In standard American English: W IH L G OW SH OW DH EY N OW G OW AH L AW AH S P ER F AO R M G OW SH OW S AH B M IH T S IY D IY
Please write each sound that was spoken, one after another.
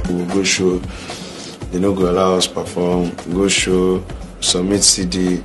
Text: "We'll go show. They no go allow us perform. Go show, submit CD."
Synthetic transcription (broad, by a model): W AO G OW SH OW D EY N OW G OW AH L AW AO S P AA F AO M G OW SH OW S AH M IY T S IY D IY